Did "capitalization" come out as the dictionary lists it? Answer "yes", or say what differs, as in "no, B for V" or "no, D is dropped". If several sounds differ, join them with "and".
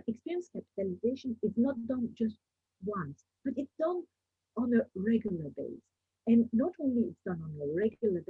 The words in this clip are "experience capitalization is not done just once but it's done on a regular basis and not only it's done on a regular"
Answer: yes